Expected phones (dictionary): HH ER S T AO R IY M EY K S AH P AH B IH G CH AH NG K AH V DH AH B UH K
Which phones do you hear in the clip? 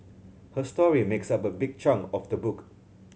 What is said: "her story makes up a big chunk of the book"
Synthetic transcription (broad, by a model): HH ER S T AO R IY M EY K S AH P AH B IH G CH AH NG AH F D AH B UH K